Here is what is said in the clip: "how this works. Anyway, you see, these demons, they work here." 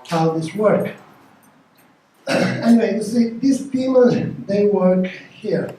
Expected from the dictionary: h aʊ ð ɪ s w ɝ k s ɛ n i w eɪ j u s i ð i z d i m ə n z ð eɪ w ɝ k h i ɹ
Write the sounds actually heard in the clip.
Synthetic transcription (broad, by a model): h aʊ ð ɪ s w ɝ k ɛ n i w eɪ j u s i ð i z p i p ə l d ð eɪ w ɝ k h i ɹ